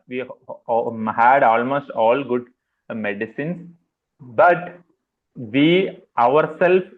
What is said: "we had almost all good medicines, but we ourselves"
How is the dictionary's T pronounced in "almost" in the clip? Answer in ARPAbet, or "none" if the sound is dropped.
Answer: T